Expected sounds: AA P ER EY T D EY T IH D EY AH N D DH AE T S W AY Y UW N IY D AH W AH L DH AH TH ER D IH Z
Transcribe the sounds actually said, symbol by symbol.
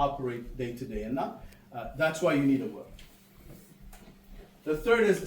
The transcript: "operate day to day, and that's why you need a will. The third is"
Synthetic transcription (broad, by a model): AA P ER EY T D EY T IH D EY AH N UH DH AE T S W AY Y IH N IY D AH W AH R DH AH TH ER D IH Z